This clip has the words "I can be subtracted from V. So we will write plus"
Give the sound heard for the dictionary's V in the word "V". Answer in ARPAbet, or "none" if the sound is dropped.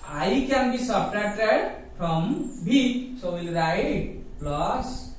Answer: B